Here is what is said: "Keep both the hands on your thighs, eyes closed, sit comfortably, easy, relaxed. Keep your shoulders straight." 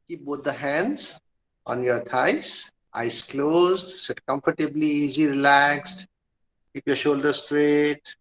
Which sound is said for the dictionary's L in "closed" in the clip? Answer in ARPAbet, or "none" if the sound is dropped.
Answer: L